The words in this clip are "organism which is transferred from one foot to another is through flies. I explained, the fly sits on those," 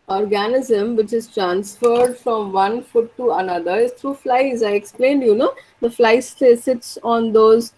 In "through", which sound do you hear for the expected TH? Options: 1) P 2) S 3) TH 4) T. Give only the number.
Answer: 4